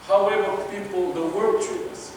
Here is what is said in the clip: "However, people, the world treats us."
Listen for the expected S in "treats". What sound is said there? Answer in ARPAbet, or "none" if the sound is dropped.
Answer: none